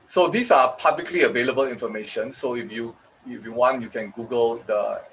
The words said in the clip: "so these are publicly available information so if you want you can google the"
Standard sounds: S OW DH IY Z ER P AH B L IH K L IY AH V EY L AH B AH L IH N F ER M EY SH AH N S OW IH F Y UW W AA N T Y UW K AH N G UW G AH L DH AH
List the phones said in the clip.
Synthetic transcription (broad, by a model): S OW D IY S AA P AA B L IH K L IY AH V EY L AH B AH L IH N F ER M EY SH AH N S OW IH F Y UW W AA N T Y UW K AH N G UW G AH L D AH